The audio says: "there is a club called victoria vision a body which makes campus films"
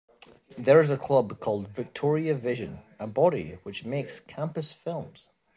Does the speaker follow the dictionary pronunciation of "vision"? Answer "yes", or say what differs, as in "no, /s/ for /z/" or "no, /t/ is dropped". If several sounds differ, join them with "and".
yes